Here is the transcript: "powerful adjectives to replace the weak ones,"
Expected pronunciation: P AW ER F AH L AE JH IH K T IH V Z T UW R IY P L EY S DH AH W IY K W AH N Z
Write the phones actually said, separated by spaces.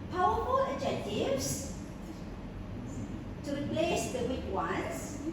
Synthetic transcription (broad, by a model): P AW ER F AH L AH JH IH T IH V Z T UW R IY P L EY S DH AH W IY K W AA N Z